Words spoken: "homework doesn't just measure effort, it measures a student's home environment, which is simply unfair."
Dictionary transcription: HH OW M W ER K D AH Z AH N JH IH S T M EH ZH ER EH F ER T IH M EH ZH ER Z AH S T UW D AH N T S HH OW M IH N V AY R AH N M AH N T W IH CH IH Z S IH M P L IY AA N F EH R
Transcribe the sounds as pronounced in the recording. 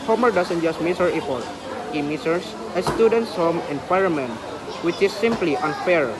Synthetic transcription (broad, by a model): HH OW M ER D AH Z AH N JH IH S T M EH S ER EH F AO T IH M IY S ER S AH S T UW D AH N T S HH OW M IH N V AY R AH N M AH N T W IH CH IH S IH M P L IY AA N F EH R